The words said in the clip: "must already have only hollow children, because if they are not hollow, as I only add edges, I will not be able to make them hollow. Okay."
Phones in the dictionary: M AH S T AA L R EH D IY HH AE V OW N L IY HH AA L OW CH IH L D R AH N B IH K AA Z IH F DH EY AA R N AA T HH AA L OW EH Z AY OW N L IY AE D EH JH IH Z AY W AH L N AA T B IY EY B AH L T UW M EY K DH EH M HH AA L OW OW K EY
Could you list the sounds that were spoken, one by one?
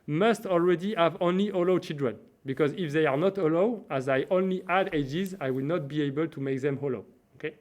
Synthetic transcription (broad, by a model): M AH S T AA L R EH D IY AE V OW N L IY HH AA L OW CH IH L D R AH N B IH K AA Z IH F DH EY AA R N AA T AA L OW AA Z AY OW N L IY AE D EH JH IH Z AY W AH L N AA T B IY EY B AH L T UW M EY K DH EH M HH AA L OW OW K EY